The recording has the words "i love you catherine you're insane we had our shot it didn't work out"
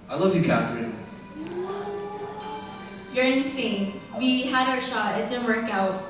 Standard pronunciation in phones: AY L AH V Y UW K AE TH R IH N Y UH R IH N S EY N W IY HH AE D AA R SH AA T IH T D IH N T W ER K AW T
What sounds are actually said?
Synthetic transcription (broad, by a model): AY L AH V Y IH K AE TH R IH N Y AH R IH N S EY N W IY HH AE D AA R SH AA IH T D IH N W ER K AW T